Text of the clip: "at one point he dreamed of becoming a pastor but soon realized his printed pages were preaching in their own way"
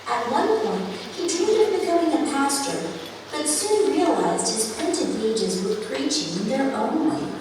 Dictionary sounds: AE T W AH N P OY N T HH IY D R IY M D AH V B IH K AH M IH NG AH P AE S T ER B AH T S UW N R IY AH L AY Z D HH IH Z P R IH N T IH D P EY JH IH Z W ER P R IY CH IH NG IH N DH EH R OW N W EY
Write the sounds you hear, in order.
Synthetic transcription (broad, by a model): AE T W AH N P OY N T HH IY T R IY D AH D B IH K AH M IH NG AH P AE S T ER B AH T S UW N R IY AH L AY Z D HH IH Z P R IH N T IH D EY JH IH Z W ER P R IY CH IH NG IH N DH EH R OW N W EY